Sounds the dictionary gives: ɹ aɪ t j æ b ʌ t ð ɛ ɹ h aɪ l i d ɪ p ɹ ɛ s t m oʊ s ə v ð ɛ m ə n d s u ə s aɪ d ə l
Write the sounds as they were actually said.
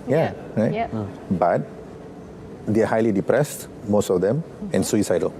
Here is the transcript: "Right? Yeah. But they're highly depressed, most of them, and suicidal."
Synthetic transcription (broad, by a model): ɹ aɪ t b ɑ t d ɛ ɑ h aɪ l i d ɪ p ɹ ɛ s t m oʊ s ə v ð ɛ m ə n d s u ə s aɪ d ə l